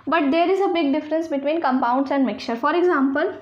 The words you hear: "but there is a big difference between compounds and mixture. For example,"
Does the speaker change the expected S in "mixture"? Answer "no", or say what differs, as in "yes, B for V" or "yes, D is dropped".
yes, S is dropped